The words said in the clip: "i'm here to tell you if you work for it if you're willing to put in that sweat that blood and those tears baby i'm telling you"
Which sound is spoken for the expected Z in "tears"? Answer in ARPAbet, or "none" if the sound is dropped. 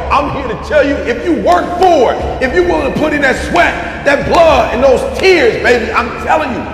Z